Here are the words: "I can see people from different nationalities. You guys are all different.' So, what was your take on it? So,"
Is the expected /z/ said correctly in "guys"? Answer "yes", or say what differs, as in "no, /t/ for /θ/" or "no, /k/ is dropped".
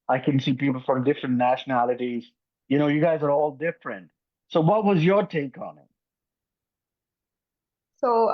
yes